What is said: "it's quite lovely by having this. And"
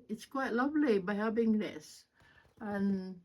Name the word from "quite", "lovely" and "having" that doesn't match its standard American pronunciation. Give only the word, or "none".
having